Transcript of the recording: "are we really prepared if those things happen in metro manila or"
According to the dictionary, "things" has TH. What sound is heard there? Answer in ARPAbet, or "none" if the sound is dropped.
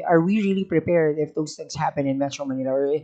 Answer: TH